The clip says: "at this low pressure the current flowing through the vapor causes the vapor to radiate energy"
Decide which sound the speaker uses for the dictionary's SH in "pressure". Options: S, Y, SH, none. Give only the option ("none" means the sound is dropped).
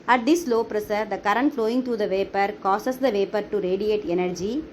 S